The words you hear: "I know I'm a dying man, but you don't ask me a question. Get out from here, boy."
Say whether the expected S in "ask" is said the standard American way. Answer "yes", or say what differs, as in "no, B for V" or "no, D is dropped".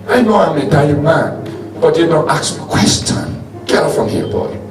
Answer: no, S is dropped